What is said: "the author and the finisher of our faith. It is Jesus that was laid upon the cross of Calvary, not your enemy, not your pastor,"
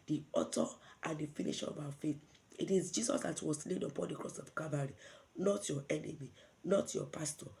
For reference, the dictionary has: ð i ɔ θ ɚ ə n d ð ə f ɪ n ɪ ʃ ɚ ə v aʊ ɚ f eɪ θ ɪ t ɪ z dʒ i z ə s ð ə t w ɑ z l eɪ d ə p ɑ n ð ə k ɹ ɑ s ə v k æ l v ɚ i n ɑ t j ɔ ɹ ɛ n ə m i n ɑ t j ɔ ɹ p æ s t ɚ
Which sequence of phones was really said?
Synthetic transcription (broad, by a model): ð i ɔ t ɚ ə n d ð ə f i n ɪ ʃ ə v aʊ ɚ f eɪ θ ɪ t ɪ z dʒ i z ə s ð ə t w ɑ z l eɪ d ə p ɑ n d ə k ɹ ɑ s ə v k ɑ v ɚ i n ɑ t j ɔ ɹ ɛ n ə m i n ɑ t j ɔ p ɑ s t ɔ